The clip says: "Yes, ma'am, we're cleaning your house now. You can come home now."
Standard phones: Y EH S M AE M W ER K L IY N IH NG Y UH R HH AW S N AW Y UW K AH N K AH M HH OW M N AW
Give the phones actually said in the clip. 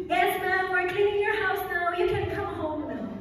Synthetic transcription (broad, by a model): Y EH S M AE M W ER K IH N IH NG Y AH R HH AW S N AW Y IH K AH N K AH M HH OW M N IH